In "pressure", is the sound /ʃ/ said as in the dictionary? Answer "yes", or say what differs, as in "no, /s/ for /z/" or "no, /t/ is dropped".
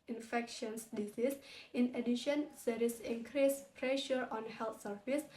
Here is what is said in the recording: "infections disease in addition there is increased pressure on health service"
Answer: yes